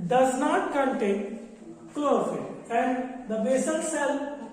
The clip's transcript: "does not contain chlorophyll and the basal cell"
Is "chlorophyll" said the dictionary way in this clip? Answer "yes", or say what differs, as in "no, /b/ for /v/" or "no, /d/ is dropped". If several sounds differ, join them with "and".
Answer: no, /ɹ/ is dropped